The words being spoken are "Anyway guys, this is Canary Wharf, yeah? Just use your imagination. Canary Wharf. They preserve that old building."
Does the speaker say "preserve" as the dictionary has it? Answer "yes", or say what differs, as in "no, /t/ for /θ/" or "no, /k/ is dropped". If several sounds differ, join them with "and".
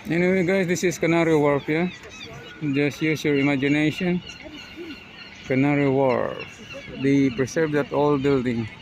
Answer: no, /s/ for /z/